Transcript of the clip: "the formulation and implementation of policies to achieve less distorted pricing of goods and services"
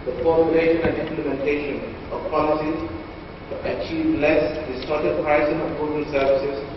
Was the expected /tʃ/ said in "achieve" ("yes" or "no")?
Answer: yes